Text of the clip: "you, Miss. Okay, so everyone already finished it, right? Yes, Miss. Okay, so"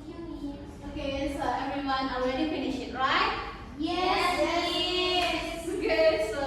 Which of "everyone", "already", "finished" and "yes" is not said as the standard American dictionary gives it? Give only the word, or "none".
finished